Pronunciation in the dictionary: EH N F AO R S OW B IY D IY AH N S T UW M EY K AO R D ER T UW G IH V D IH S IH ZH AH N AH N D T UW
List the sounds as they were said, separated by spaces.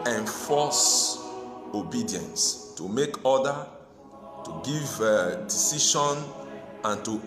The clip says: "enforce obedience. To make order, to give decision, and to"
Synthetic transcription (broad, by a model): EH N F AO S OW B IY D IY AH N S T UW M EY K AO D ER T UW G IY V D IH S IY SH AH N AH N T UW